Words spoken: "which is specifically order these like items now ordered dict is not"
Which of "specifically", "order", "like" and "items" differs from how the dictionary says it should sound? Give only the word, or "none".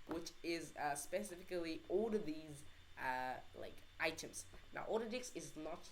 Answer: order